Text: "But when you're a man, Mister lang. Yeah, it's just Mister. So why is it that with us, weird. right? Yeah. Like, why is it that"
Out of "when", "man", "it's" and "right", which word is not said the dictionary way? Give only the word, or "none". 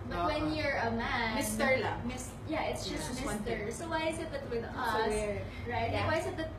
none